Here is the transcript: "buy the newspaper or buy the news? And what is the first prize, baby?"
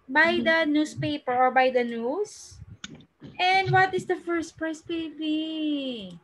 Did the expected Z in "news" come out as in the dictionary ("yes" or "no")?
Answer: no